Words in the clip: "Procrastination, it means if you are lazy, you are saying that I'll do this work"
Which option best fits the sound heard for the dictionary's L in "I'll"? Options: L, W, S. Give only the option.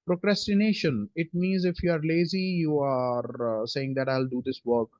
L